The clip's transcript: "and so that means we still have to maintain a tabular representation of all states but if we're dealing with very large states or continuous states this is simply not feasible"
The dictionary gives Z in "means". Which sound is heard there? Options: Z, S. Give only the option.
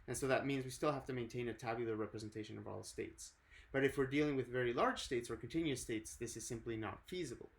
Z